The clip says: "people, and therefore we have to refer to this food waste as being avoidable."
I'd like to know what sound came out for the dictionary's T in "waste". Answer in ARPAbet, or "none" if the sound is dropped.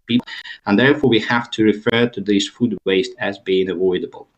T